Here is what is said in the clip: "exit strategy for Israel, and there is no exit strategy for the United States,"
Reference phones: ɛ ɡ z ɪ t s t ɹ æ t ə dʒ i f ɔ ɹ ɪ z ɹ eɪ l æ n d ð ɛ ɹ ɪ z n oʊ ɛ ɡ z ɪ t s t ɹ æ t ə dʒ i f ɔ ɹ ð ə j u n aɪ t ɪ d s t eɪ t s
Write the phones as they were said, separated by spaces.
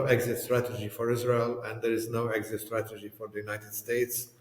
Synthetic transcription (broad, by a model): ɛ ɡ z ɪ t s t ɹ æ t ə dʒ i f ɔ ɹ ɪ z ɹ eɪ l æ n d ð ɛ ɹ ɪ z n oʊ ɛ ɡ z ɪ t s t ɹ æ t ə dʒ i f ɔ ɹ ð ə j u n aɪ t ɪ d s t eɪ t s